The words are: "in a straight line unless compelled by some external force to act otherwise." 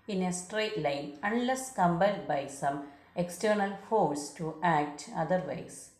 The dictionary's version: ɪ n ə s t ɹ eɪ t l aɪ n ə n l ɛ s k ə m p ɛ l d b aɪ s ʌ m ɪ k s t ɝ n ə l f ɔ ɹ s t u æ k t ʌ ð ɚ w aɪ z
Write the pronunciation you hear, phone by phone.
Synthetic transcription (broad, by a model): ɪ n ə s t ɹ eɪ t l aɪ n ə n l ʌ s k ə m b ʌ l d b aɪ s ʌ m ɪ k s t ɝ n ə l f ɔ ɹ s t u æ k t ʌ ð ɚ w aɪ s